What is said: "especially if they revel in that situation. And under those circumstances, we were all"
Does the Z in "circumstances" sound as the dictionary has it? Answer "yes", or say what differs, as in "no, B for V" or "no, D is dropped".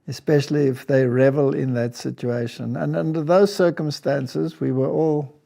yes